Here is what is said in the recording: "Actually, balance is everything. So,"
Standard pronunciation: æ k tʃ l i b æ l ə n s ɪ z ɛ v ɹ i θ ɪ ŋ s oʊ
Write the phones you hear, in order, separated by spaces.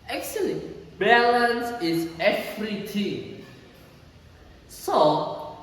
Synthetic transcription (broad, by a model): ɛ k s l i b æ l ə n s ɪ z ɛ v ɹ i t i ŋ s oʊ